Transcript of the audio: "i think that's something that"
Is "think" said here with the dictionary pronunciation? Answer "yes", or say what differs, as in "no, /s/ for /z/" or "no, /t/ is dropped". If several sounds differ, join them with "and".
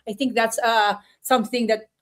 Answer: no, /t/ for /θ/